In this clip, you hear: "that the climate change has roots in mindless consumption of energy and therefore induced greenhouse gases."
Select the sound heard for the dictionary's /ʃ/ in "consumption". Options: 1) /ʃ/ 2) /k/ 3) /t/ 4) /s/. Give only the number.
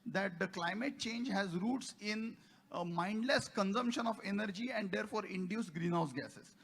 1